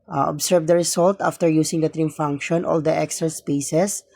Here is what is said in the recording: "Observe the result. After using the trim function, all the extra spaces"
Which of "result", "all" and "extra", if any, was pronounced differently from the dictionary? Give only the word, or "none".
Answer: result